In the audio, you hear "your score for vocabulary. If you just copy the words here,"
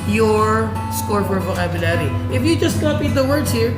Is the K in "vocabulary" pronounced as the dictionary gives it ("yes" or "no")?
no